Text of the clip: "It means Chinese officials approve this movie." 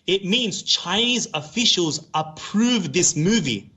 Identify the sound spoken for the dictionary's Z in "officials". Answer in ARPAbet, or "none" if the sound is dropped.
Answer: Z